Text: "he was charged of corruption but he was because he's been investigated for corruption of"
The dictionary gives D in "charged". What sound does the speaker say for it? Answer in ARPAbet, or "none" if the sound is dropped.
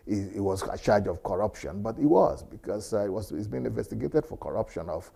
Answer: none